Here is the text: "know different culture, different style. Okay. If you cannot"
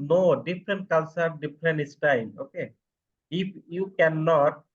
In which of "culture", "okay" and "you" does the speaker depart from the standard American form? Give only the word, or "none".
culture